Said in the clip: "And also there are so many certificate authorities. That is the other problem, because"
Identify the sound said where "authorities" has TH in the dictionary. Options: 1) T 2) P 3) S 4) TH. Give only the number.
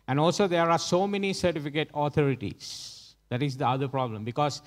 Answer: 1